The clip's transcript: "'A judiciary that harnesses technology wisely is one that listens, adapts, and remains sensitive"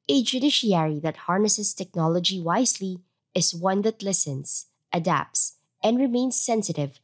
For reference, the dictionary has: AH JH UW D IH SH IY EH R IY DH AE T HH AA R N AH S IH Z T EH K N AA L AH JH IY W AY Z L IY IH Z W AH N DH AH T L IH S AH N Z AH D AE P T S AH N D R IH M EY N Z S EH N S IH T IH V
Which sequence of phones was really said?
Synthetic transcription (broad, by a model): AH JH UW D IH SH IY EH R IY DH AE T HH AA R N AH S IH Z T EH K N AA L AH JH IY W AY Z L IY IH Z W AH N DH AH T L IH S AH N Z AH D AE P T S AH N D R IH M EY N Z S EH N S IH T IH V